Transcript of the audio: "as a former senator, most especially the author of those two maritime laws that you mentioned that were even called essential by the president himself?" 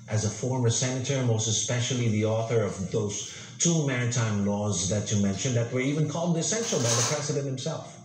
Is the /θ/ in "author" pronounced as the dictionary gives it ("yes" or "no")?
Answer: yes